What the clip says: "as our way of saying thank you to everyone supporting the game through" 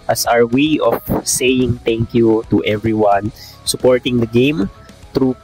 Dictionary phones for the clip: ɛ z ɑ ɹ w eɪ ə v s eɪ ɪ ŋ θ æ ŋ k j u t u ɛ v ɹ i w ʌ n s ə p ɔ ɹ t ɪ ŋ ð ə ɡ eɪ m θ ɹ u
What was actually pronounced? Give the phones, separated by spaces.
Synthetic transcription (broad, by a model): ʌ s ɑ ɹ w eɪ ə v s eɪ ɪ ŋ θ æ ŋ k j u t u ɛ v ɹ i w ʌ n s ə p ɔ ɹ t ɪ ŋ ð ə ɡ eɪ m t ɹ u